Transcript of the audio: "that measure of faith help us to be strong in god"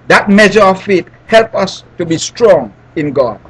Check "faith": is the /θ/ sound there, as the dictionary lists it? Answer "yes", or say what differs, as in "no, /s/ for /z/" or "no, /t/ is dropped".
no, /t/ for /θ/